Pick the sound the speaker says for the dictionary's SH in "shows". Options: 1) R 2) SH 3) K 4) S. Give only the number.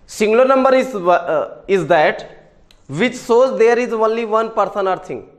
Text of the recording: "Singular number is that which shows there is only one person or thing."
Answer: 4